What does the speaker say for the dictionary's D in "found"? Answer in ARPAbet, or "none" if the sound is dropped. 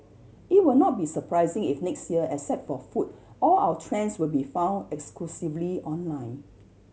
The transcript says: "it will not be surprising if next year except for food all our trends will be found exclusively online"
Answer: D